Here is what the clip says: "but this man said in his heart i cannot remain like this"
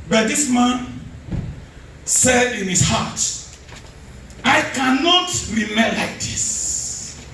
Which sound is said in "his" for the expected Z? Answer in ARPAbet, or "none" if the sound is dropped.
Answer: S